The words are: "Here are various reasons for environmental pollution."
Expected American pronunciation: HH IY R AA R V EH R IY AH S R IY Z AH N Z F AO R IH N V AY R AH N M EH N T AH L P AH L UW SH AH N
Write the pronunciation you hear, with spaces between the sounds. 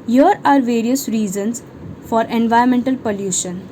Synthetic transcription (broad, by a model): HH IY R AA R V EH R IY AH S R IY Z AH N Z F AO R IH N V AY AH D M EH N T AH L P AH L UW SH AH N